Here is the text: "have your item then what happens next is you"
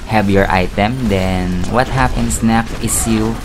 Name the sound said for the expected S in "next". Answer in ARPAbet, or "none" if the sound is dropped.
none